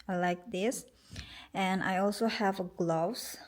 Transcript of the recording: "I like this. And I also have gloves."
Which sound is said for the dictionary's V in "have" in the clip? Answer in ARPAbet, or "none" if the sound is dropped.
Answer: V